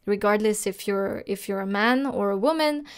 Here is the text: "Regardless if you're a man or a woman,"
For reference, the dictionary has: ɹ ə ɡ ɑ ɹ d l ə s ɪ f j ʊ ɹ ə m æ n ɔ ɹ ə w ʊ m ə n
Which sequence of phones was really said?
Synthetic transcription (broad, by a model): ɹ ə ɡ ɑ ɹ d l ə s ɪ f j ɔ ɹ ə m æ n ɔ ɹ ə w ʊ m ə n